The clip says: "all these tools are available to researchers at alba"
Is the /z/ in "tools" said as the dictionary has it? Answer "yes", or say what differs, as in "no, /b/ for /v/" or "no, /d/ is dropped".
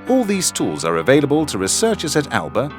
yes